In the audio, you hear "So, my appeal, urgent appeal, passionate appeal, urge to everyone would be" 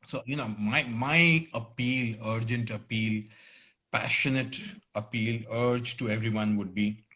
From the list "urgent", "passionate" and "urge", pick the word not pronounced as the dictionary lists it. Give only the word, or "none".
none